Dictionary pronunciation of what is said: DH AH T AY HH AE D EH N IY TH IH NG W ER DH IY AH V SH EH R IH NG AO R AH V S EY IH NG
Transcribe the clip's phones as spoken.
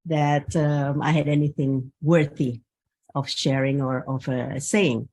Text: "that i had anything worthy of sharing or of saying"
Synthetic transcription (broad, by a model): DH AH T AY HH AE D EH N IY TH IH NG W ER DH IY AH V SH EH R IH NG AO R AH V S EY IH NG